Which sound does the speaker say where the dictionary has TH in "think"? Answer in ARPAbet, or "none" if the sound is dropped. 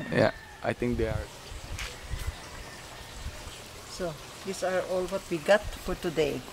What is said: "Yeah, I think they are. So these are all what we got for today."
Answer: T